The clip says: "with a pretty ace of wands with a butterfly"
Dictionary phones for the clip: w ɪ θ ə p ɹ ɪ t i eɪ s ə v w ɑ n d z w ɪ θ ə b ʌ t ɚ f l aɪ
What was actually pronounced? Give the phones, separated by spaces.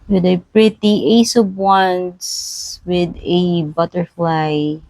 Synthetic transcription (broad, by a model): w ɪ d ə p ɹ ɪ t i eɪ s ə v w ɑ n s w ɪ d ə b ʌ t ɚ f l aɪ